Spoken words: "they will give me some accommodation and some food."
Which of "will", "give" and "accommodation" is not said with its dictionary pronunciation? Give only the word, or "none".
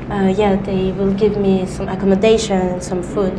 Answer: accommodation